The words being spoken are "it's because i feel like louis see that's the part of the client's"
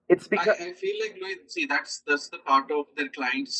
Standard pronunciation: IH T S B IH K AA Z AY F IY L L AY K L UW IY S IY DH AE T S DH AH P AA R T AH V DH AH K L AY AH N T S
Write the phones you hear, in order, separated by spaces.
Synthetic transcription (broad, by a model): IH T S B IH AA AY F IY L L AY K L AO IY S IY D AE T S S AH P AA R T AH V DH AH K L AY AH N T S